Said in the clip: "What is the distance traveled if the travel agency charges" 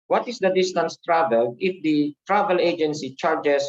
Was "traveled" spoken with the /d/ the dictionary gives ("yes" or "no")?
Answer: no